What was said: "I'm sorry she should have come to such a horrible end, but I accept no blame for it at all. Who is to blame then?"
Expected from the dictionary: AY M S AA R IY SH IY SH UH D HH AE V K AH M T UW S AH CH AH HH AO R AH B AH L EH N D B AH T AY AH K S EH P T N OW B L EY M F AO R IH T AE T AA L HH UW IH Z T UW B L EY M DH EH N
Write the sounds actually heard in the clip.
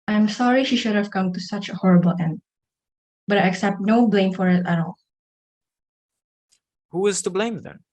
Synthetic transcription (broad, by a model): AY M S AA R IY SH IY SH UH D HH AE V K AH M T UW S AH CH AH HH AO R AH B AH L EH N D B AH T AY AH K S EH P T N OW B L EY M F AO R IH T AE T AA L HH UW IH Z T UW B L EY M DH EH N